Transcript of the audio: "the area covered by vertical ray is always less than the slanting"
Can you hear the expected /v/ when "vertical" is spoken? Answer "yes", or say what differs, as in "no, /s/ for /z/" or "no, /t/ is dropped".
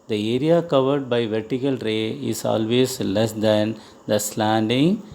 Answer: yes